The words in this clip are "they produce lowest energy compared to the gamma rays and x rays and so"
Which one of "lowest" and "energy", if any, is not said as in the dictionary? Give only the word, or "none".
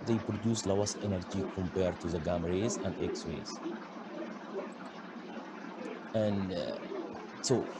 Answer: lowest